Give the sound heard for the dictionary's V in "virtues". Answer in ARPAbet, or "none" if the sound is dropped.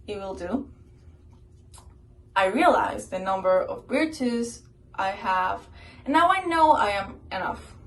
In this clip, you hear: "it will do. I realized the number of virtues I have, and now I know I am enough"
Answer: W